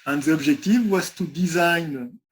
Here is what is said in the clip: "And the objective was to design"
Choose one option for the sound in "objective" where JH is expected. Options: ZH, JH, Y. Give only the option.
ZH